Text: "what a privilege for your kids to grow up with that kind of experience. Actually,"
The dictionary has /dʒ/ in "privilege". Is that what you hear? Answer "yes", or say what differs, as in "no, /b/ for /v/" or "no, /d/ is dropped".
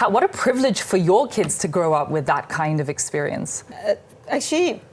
no, /ʒ/ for /dʒ/